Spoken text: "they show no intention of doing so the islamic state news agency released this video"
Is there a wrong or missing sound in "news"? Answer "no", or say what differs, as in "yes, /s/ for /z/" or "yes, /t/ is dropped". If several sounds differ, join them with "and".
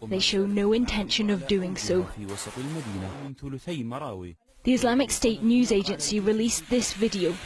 no